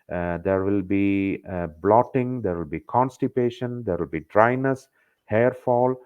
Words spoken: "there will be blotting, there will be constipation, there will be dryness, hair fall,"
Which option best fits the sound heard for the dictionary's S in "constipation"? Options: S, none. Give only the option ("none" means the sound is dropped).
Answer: S